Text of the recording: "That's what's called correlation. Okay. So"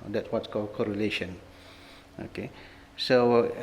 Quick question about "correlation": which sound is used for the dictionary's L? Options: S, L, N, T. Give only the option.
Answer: L